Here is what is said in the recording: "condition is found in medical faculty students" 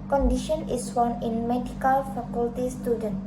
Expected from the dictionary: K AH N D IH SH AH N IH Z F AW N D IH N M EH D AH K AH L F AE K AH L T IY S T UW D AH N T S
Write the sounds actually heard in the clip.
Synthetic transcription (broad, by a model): K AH N D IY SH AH N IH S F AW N IH N M EH D AH K AH L F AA K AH L T IY S T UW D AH N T